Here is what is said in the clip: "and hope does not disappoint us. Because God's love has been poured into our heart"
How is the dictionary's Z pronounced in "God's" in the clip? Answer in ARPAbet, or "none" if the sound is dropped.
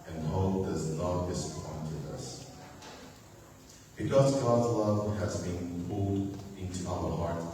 Z